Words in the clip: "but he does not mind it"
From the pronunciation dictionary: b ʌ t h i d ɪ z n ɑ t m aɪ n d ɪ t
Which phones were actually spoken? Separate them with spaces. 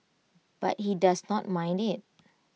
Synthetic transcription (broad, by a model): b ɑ t h i d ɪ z n ɑ t m aɪ n d ɪ t